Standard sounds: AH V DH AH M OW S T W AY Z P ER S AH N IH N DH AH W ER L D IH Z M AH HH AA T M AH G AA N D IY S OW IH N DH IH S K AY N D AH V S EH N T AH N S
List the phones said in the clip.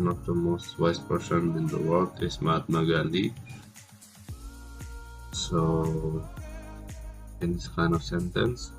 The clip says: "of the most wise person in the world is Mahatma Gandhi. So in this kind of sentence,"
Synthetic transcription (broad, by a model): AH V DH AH M OW S T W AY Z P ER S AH N IH N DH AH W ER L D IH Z M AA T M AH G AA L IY S OW IH N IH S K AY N AH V S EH N T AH N S